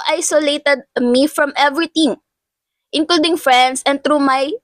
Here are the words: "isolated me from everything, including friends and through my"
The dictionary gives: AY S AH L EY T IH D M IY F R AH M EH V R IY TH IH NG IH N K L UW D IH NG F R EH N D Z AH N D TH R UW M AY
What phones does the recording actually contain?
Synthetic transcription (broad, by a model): AY S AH L EY T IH D M IY F R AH M EH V R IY T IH NG IH N K L UW D IH NG F R EH N D S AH N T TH R UW M AY